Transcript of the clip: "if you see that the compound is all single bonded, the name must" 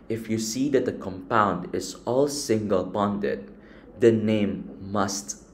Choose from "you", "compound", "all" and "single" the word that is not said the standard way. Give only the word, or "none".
none